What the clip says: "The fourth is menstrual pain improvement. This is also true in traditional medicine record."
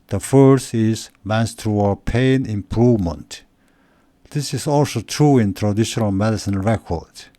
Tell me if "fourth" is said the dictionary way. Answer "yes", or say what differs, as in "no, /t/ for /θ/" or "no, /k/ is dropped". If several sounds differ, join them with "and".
no, /t/ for /θ/